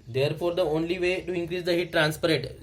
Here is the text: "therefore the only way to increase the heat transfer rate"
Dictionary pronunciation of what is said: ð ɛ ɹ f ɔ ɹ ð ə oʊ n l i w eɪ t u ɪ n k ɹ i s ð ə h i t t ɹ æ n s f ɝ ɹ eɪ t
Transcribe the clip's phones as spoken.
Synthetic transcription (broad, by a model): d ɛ ɹ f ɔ ɹ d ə oʊ n l i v eɪ t u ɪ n k ɹ i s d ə h i t t ɹ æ n s p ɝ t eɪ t